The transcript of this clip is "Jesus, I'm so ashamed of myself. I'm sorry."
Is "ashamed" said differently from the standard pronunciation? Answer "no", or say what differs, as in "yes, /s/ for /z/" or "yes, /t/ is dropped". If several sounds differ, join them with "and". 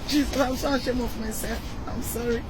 yes, /d/ is dropped